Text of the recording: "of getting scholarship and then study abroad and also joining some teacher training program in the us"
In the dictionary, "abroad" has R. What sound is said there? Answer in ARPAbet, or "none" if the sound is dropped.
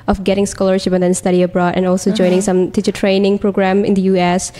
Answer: R